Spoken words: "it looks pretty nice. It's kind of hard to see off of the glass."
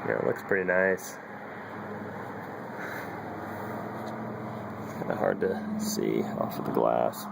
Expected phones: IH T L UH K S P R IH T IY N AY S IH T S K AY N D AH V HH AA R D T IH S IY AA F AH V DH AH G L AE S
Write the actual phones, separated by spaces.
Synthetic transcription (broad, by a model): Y L UH K S P R IH T IY N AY IH S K AY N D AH HH AA R D T IH S IY AA F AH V DH AH G L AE S